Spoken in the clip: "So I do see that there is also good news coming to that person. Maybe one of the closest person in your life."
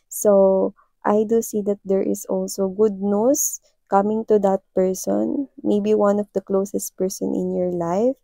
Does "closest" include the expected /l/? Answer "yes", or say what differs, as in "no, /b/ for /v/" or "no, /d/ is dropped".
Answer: yes